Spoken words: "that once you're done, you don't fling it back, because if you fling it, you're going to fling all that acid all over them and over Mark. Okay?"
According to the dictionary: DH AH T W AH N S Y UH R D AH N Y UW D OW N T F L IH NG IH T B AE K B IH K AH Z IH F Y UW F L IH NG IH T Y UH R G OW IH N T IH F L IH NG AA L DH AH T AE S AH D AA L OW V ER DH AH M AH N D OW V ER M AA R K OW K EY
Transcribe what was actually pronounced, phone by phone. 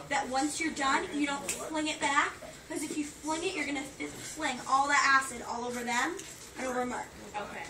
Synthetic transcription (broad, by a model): DH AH T W AH N S Y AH R D AH N Y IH D OW N T F L IH NG IH T B AE K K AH Z IH F Y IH F L IH NG IH T Y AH R G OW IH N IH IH F L IH NG AA L DH AH T AE S AH D AA L OW V ER DH AH M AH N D OW V ER M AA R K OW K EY